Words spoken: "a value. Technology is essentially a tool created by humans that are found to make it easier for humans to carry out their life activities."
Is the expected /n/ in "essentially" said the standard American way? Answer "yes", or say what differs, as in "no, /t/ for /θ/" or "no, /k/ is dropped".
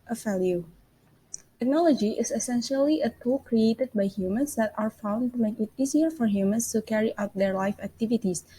yes